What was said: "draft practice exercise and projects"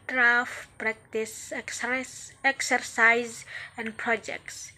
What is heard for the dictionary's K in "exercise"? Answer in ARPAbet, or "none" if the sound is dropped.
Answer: K